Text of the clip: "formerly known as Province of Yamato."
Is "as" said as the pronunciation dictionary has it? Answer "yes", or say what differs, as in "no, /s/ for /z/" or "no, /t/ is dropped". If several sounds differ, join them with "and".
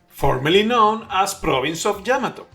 no, /s/ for /z/